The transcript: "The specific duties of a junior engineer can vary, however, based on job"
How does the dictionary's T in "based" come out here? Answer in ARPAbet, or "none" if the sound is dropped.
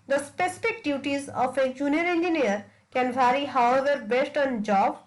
T